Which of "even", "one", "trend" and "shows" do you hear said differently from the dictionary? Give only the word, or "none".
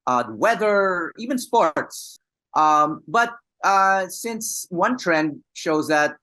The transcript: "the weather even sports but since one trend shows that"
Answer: none